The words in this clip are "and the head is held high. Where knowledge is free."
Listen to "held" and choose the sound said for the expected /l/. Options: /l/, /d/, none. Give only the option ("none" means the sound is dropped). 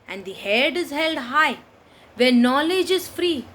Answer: /l/